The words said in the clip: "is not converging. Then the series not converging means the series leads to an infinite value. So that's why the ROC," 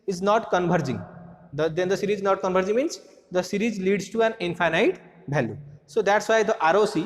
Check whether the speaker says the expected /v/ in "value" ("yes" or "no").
no